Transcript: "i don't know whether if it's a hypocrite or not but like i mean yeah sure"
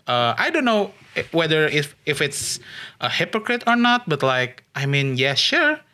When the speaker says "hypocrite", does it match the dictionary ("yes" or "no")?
yes